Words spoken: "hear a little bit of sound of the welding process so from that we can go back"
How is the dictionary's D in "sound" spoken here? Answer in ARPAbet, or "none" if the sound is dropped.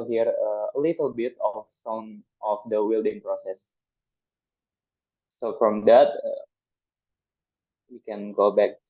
none